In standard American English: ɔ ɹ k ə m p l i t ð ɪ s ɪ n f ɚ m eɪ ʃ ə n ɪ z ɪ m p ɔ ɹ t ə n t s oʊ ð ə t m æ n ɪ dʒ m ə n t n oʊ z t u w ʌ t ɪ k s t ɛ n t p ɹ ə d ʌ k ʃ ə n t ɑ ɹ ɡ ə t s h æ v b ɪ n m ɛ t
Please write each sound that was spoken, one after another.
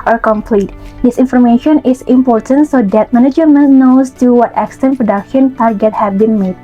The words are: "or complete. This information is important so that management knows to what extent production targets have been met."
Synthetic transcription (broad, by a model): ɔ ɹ k ə m p l i t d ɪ s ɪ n f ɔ m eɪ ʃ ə n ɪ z ɪ m p ɔ ɹ t ə n t s oʊ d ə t m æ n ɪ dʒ m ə n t n oʊ s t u w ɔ t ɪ k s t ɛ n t p ɹ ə d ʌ k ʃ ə n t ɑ ɹ ɡ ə t h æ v b ɪ n m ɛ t